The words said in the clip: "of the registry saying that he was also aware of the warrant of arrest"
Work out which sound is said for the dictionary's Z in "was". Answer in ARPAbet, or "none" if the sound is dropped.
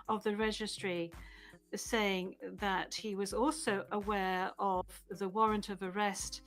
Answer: Z